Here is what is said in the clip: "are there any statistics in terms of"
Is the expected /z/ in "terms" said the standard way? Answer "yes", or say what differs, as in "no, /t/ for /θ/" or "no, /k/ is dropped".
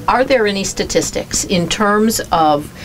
yes